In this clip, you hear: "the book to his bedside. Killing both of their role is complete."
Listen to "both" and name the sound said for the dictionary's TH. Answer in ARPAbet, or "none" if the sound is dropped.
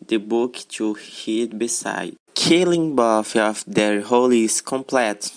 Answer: F